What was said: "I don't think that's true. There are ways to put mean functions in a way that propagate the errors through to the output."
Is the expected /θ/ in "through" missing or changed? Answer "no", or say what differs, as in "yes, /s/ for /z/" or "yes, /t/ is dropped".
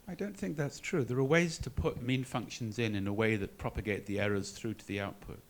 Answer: no